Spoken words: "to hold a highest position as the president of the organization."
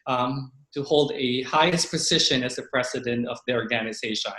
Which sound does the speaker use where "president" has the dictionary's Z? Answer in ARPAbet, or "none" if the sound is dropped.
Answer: S